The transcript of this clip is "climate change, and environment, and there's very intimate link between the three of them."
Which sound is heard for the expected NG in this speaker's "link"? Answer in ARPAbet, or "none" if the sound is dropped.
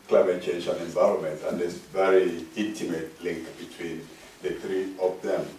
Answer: NG